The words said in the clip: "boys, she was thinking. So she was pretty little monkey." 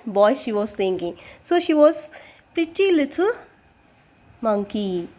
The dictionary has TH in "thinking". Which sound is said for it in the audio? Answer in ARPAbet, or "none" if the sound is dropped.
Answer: T